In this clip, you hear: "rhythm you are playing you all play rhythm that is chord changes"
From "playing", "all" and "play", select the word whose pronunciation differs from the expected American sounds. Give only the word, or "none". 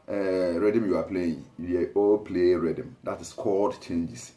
none